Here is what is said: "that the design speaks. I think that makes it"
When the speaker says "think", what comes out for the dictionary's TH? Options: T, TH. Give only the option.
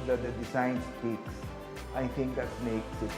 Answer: T